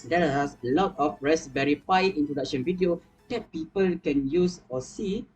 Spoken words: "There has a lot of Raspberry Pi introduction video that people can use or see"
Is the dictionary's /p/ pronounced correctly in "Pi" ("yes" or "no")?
no